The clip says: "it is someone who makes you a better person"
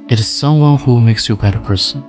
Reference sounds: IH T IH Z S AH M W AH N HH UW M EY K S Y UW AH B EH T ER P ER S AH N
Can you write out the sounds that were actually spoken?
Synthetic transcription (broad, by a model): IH T IH Z S AH M W AH N HH UW M EY K S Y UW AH B EH T ER P ER S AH N